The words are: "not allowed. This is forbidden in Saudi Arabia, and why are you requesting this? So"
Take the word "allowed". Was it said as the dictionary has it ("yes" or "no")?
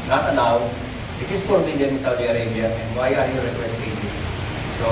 no